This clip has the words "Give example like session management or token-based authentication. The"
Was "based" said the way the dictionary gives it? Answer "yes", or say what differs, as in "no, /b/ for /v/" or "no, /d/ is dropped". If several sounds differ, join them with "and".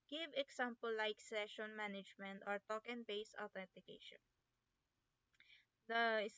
no, /t/ is dropped